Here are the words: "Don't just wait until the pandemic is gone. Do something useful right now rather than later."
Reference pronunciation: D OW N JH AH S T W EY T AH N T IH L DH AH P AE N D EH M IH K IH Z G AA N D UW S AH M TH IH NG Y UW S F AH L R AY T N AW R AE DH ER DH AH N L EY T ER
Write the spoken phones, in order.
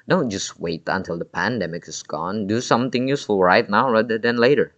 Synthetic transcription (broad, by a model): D OW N JH AH S T W EY T AH N T IH L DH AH P AE N D EH M IH K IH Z G AA N D UW S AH M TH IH NG Y UW S F AH L R AY T N AW R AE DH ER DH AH N L EY T ER